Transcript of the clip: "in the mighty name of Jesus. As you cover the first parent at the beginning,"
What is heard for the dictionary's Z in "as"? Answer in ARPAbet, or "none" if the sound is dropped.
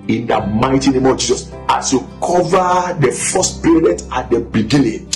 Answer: S